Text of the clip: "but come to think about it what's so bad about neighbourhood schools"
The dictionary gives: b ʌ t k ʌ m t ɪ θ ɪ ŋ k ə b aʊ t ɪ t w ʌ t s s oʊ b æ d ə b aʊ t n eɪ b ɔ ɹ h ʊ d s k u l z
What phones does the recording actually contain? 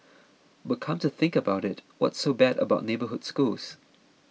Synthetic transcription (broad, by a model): b ʌ t k ʌ m t ɪ θ ɪ ŋ k ə b aʊ t ɪ t w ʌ t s s oʊ b æ d ə b aʊ t n eɪ b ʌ ɹ h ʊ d s k u l z